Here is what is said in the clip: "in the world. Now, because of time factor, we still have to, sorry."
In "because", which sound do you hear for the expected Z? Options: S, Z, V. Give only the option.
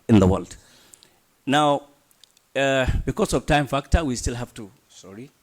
S